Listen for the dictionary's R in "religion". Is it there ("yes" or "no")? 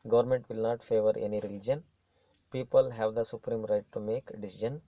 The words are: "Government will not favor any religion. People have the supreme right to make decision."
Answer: yes